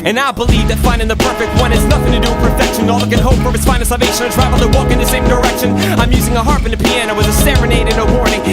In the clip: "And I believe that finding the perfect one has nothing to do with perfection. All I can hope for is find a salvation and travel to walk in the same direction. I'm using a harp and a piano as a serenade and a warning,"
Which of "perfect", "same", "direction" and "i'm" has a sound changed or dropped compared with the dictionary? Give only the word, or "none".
none